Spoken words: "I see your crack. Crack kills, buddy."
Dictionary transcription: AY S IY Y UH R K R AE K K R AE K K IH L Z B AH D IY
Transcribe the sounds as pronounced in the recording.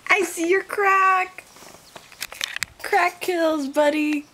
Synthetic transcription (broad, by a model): AY S IY Y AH R K R AE K K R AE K K IH L Z B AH D IY